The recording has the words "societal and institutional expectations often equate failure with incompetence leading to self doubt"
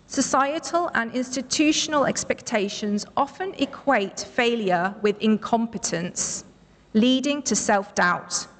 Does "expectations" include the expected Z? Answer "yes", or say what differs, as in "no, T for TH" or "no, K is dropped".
yes